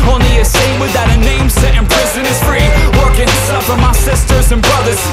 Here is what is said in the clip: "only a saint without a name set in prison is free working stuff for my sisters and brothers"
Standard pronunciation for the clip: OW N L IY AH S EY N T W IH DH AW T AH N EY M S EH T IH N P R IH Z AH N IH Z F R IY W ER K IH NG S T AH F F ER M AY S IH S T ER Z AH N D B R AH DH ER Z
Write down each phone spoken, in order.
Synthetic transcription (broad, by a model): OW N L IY AH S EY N W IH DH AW T AH N EY M S EH T IH N P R IH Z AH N IH Z F R IY W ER K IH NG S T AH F F ER M AY S IH S T ER Z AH N B R AH DH ER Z